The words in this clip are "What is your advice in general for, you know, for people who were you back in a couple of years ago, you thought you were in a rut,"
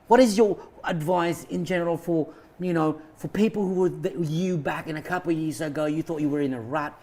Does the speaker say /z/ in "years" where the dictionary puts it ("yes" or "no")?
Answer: yes